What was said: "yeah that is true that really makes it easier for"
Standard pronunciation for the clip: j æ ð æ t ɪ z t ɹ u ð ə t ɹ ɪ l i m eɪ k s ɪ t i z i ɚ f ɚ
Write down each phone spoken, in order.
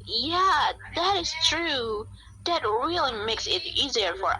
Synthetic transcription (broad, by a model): j æ ð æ t ɪ z t ɹ u ð ə t ɹ ɪ l i m eɪ k s ɪ t i z i ɚ f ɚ